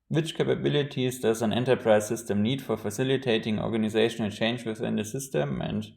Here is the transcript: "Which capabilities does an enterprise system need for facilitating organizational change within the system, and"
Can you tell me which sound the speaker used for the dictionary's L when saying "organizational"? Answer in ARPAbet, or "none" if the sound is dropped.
L